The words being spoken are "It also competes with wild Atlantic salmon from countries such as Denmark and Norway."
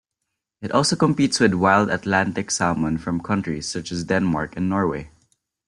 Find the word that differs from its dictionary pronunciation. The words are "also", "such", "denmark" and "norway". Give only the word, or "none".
none